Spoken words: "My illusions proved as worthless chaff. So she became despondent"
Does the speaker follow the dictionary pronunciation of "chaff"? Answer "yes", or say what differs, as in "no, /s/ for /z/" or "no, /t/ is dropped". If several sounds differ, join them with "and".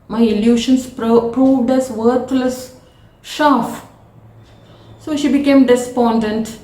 no, /ʃ/ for /tʃ/